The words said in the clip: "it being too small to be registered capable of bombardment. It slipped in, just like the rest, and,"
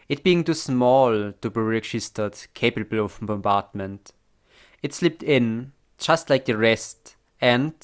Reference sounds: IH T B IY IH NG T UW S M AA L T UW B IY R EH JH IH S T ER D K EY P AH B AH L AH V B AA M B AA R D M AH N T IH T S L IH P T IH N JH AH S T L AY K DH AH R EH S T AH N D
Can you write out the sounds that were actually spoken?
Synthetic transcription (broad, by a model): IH T B IY IH NG T UW S M AA L T UW B IY R EH JH IH S T ER D K EY P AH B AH L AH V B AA M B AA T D M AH N T IH T S L IH P T IH N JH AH S T L AY K DH AH R EH S T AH N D